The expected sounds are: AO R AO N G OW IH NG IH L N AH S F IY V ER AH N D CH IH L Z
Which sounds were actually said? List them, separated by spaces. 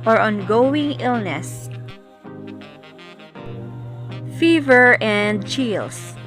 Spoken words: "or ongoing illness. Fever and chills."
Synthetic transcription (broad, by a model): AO R AO N G OW IH NG IH L N AH S F IY V ER AH N D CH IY L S